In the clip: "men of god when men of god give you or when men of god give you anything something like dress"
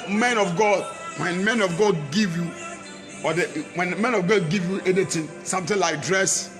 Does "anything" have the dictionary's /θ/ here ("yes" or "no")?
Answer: no